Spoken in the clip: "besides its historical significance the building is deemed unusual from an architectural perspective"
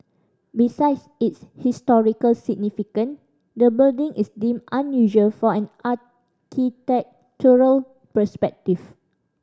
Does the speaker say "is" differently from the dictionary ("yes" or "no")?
yes